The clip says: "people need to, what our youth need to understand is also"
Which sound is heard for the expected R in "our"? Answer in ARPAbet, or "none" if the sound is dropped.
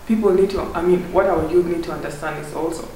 W